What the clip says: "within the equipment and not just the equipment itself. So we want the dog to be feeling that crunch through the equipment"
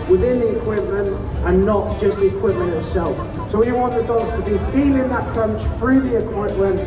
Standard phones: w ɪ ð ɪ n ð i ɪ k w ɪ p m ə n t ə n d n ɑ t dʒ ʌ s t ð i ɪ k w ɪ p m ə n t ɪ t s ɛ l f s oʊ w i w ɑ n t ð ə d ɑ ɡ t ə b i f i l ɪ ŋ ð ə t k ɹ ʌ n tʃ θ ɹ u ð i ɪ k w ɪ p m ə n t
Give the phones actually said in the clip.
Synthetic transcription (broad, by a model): w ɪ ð ɪ n ð i ɪ k w ɪ p m ə n t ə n n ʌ t dʒ ʌ s t ð i ɪ k w ɪ p m ə n t ɪ t s ɛ l f s oʊ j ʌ w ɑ n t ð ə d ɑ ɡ t ə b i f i n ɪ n ð ə t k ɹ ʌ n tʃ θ ɹ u ð i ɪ k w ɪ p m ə n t